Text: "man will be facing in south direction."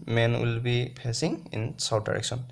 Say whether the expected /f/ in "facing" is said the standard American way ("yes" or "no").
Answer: no